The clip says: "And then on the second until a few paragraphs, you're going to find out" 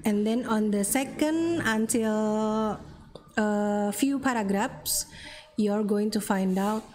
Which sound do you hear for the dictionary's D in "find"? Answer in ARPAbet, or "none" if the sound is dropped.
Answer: D